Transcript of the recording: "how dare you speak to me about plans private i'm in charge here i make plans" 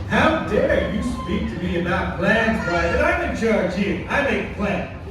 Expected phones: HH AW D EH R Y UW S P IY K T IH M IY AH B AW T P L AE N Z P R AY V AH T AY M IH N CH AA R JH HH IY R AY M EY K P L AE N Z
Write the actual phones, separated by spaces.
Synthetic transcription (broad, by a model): HH AW D EH R Y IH S P IY K T IH M IY AH B AW T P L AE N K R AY B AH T AY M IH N CH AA R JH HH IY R AY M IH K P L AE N